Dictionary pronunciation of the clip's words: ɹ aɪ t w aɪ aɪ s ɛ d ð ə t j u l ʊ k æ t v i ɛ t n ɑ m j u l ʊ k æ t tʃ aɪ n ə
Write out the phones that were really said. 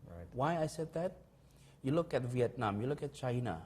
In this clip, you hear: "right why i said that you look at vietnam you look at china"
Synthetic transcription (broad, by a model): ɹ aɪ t w aɪ aɪ s ɛ d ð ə t j u l ʊ k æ t v i ɛ t n ɑ m j u l ʊ k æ t tʃ aɪ n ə